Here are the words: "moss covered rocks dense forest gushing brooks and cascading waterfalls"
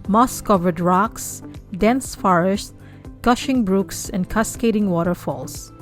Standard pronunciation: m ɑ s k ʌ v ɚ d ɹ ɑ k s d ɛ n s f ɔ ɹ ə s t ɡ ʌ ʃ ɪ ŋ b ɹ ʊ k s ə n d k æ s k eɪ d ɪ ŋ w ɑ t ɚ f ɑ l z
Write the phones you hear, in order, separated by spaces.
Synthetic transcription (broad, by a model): m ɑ s k ʌ v ɚ d ɹ ɑ k s d ɛ n s f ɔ ɹ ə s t ɡ ʌ ʃ ɪ ŋ b ɹ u k s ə n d k æ s k eɪ d ɪ ŋ w ɑ t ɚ f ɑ l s